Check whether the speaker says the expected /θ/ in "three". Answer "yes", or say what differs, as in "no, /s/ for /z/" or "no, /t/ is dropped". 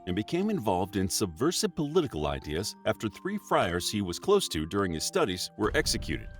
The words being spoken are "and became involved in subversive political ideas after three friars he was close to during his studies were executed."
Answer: yes